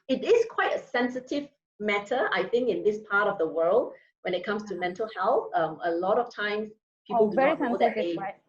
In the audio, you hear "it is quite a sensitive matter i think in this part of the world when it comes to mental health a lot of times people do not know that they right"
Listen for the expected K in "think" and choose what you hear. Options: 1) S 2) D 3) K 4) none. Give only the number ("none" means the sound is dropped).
3